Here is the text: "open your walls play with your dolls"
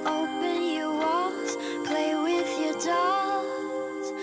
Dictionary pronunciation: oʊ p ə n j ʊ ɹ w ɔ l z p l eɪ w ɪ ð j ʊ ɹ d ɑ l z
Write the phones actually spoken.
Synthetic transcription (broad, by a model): oʊ p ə n j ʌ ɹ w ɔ z p l eɪ w ɪ ð j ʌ ɹ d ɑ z